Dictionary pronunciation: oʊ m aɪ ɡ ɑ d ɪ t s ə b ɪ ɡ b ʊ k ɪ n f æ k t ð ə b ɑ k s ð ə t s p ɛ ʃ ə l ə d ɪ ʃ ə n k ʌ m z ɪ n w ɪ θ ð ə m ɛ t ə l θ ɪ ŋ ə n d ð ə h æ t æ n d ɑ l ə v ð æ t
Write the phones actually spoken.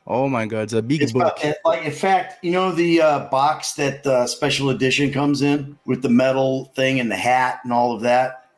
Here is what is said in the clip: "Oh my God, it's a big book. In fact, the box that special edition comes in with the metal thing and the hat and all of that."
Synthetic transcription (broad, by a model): oʊ m aɪ ɡ ɑ d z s ə b ɪ ɡ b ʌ k ɪ n f æ k t ð ə b ɑ k s ð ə t s p ɛ ʃ l ə d ɪ ʃ ə n k ʌ m z ɪ n w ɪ ð ə m ɛ t l θ ɪ ŋ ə n ð ə h æ t n ɑ l ə v ð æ t